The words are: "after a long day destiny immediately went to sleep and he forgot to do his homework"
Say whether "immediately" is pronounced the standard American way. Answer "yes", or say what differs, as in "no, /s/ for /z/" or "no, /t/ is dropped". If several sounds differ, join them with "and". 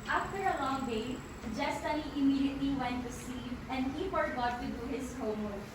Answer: no, /l/ is dropped